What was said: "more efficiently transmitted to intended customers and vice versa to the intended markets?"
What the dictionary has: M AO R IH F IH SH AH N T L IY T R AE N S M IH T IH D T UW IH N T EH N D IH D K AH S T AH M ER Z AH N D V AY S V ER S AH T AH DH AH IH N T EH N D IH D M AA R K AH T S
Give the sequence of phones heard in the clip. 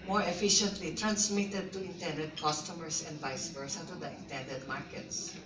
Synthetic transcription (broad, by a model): M AO R IH F IH SH AH N T L IY T R AE N S M IH T IH D T UW IH N T EH N D IH D K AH S T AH M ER S AH N D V AY S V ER S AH T AH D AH IH N T EH N D IH D M AA R K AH T S